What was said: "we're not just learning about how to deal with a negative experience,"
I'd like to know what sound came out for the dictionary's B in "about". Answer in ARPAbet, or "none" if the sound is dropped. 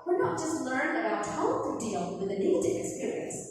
none